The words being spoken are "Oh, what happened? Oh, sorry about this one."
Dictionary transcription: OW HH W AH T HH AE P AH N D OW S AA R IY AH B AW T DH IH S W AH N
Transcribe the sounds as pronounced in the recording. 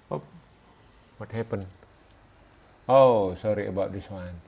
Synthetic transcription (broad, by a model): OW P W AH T HH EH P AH N OW S AA R IY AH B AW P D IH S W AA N